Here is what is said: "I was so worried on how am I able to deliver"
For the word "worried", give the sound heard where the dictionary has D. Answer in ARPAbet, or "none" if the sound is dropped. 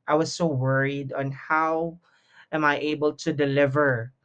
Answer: D